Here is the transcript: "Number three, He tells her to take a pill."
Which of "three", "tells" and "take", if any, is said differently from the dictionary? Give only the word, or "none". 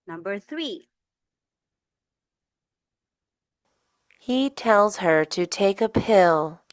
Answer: none